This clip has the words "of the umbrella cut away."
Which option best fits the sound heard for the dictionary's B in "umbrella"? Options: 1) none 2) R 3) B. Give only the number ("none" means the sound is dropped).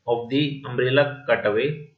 1